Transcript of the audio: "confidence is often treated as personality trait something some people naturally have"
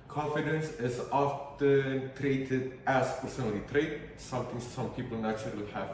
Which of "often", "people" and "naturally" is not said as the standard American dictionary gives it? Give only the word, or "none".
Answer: naturally